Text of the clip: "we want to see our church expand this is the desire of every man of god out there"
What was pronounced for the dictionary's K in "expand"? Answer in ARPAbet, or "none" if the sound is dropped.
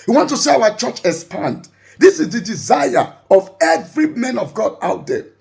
none